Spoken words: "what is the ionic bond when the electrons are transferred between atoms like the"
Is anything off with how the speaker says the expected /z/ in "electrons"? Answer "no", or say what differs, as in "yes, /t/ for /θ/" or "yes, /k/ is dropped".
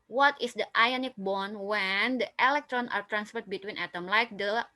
yes, /z/ is dropped